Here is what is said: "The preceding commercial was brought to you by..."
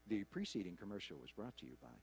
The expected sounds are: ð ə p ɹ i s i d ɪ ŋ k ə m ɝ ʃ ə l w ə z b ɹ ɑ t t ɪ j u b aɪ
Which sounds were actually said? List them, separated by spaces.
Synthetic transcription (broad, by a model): ð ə p ɹ i s i d ɪ ŋ k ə m ɝ ʃ l w ə z b ɹ ɑ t t ɪ j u b aɪ